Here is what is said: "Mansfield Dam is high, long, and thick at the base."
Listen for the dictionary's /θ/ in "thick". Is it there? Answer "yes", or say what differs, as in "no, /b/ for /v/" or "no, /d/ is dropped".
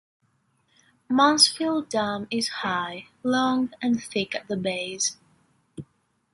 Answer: yes